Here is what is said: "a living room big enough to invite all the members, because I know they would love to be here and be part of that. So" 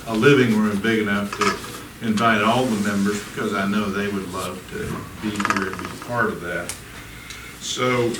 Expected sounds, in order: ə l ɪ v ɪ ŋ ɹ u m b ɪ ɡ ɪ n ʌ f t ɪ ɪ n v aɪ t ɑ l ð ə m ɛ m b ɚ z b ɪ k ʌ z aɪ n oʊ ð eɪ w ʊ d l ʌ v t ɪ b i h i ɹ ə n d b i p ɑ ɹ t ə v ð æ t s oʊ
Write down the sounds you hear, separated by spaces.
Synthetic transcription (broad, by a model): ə l ɪ v ɪ ŋ ɹ u m b ɪ ɡ ɪ n ʌ f t ɪ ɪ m v aɪ t ɑ l ð ə m ɛ m b ɚ z b ɪ k ʌ z aɪ n oʊ ð eɪ w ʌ d l ʌ v t ɪ b i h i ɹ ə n b i p ɑ ɹ t ə v ð æ t s oʊ